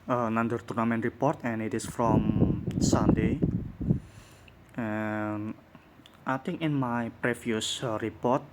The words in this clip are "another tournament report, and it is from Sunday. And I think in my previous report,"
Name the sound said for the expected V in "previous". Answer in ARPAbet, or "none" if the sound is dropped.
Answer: F